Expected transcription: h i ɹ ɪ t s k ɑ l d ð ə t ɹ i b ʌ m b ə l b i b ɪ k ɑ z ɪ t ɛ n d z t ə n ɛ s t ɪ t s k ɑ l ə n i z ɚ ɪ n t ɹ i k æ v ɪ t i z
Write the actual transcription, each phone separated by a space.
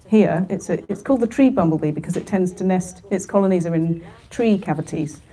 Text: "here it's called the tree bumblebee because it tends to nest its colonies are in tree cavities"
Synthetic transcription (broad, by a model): h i ɹ ɪ t s k ɑ l d ð ə t ɹ i b ʌ m b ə l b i b ɪ k ɑ z ɪ t ɛ n d z t ə n ɛ s t ɪ t s k ɑ l ə n i z ɚ ɪ n t ɹ i k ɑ v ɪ t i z